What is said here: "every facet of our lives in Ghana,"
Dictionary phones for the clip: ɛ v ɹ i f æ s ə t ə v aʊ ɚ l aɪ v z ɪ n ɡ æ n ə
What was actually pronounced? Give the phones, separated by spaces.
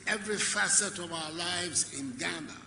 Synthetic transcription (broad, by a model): ɛ v ɹ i f æ s ə t ə v aʊ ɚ l aɪ v z ɪ n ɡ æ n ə